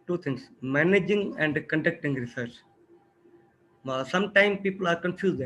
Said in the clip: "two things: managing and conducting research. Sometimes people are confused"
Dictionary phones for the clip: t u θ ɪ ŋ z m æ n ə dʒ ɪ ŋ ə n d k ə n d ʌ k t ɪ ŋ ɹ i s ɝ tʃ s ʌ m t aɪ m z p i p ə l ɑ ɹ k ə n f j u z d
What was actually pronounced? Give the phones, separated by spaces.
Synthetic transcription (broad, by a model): t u t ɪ ŋ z m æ n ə dʒ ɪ ŋ ə n d k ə n d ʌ k t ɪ ŋ ɹ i s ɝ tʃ s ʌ m t aɪ m p i p ə l ɑ ɹ k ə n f j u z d